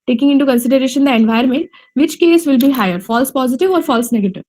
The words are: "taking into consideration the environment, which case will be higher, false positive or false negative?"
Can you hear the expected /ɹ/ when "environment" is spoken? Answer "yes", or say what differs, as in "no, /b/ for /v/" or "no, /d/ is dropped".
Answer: no, /ɹ/ is dropped